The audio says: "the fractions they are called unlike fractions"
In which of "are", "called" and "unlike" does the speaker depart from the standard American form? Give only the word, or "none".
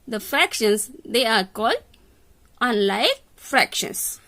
none